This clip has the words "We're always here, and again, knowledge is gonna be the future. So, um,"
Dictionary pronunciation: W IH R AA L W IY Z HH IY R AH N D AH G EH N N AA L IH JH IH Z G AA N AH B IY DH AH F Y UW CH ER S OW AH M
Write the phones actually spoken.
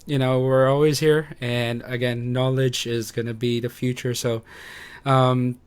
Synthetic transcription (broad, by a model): W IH R AA L W IY Z HH IY R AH N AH G EH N N AA L IH JH IH Z G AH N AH B IY DH AH F Y UW CH ER S OW AH M